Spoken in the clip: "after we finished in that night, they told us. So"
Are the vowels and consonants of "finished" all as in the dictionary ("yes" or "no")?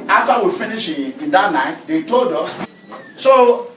no